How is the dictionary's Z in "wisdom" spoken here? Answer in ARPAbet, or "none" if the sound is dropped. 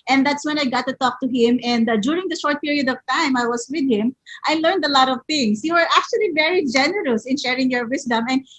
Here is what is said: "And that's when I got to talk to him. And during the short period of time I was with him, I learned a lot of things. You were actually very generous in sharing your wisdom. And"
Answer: S